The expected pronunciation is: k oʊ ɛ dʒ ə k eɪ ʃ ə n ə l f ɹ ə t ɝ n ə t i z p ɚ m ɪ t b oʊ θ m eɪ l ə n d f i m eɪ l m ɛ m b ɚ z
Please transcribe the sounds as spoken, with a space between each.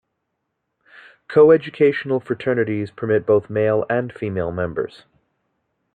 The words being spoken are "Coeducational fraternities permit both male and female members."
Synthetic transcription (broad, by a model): k oʊ ɛ dʒ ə k eɪ ʃ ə n l f ɹ ə t ɝ n ə t i z p ɚ m ɪ t b oʊ θ m eɪ l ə n f i m eɪ l m ɛ m b ɚ z